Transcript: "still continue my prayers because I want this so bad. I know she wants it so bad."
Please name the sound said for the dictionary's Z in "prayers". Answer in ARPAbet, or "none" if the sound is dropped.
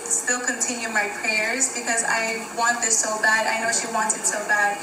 Z